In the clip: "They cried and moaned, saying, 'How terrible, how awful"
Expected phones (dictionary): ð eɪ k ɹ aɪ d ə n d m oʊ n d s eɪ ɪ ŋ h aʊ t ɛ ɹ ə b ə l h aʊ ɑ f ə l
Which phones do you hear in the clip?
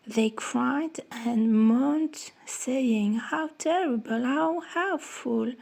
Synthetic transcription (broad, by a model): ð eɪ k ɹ aɪ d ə n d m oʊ n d s eɪ ɪ ŋ h aʊ t ɛ ɹ ə b ə l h aʊ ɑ f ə l